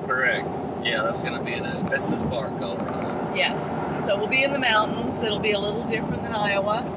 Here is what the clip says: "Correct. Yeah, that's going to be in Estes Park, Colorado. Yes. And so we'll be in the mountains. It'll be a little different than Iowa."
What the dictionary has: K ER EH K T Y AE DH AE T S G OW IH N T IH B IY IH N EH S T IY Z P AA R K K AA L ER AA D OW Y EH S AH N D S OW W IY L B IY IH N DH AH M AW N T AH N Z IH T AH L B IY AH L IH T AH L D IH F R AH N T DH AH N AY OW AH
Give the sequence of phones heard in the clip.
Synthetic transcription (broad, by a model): K ER EH K T Y AE DH AE T S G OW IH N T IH B IY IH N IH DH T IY S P AA R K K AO UH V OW Y EH S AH N S OW W IY L B IY IH N DH AH M AW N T N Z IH T L B IY AH L IH T L D IH F R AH N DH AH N AY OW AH